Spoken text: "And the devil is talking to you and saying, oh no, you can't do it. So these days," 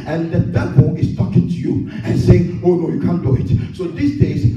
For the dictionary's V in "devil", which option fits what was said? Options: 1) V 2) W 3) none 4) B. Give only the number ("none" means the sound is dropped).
4